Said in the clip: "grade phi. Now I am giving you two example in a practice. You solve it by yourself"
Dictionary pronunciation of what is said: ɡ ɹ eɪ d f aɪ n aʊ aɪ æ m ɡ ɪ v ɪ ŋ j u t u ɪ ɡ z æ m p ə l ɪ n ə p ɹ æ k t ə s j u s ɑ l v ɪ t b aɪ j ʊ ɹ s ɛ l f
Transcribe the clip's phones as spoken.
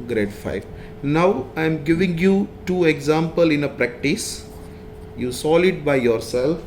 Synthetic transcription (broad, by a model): ɡ ɹ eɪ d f aɪ n aʊ aɪ m ɡ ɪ v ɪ ŋ j u t u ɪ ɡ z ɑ m p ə l ɪ n ə p ɹ æ k t ə s j u s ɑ l ɪ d b aɪ j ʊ ɹ s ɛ l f